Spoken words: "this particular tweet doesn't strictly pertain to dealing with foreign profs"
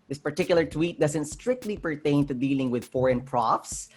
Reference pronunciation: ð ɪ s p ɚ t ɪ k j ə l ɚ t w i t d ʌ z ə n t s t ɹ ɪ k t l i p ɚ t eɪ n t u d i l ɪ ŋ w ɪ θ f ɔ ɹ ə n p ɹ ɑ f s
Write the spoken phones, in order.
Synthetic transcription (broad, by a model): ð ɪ s p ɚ t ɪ k j l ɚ t w i t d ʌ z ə n t s t ɹ ɪ k t l i p ɚ t eɪ n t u d i l ɪ ŋ w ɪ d f ɔ ɹ ə n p ɹ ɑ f s